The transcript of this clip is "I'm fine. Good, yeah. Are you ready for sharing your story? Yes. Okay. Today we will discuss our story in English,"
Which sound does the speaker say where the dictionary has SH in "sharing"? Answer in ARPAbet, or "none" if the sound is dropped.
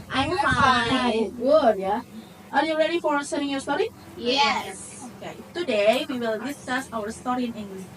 S